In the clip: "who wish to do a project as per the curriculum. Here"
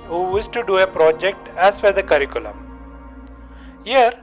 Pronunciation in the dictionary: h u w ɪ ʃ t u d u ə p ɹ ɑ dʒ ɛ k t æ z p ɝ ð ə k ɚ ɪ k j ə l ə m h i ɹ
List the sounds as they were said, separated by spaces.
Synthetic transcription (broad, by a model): h u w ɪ s t u d u ə p ɹ ɑ dʒ ɛ k t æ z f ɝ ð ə k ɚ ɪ k j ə l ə m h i ɹ